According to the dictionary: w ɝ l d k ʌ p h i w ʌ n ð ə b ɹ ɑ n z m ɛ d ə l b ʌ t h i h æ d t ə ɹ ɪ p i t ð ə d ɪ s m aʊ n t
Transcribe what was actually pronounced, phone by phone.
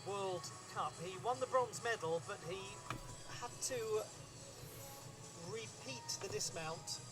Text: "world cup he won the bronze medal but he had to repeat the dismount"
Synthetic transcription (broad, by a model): w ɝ l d k ʌ p h i w ʌ n ð ə b ɹ ɑ n z m ɛ d l b ʌ t h i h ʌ d t ə ɹ ɪ p i t ð ə d ɪ s m aʊ n t